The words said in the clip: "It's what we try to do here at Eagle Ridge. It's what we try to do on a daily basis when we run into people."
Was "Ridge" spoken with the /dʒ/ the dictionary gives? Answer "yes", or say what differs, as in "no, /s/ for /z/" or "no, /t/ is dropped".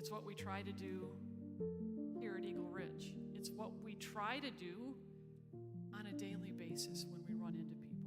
no, /tʃ/ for /dʒ/